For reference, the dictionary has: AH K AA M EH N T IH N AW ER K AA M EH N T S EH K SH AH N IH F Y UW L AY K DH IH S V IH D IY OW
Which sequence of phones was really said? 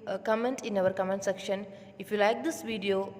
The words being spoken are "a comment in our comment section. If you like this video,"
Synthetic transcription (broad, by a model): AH K AA M EH N T IH N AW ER K AA M EH N T S EH K SH AH N IH F Y UW L AY K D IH S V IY D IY OW